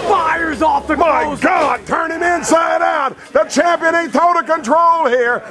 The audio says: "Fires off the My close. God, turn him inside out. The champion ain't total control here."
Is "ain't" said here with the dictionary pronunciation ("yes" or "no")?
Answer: no